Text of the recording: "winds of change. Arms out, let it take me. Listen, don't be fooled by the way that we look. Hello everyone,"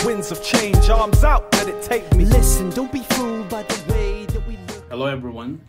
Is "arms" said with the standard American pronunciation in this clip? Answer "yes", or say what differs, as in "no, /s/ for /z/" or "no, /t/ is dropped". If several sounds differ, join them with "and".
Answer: yes